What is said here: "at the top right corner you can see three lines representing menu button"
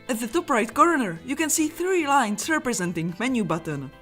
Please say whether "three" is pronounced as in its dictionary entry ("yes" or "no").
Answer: yes